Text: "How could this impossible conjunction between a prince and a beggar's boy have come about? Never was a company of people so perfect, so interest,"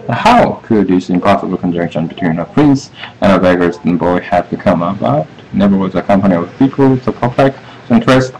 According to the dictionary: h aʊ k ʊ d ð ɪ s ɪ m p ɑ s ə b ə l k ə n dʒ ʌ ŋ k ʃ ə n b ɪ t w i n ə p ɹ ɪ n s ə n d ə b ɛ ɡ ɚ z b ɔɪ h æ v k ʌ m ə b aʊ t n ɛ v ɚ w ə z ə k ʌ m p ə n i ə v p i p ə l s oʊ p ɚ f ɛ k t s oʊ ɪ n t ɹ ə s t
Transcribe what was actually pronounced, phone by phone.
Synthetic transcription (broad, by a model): h aʊ k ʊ d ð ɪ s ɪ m p ɑ s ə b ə l k ə n dʒ ʌ ŋ k ʃ ə n b ɪ t w i n ə p ɹ ɪ n s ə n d ə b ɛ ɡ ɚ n b ɔɪ h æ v k ʌ m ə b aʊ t n ɛ v ɚ w ə z ə k ʌ m p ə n i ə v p i p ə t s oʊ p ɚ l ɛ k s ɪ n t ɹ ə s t